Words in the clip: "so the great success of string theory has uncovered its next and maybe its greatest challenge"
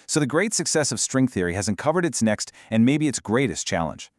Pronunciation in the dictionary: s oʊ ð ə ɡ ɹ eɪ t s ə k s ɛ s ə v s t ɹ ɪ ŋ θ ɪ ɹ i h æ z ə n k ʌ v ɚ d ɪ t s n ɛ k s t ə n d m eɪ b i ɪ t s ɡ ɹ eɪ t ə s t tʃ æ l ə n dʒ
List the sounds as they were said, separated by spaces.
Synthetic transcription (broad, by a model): s oʊ ð ə ɡ ɹ eɪ t s ə k s ɛ s ə v s t ɹ ɪ ŋ θ ɪ ɹ i h æ z ə n k ʌ v ɚ d ɪ t s n ɛ k s t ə n m eɪ b i ɪ t s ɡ ɹ eɪ t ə s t tʃ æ l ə n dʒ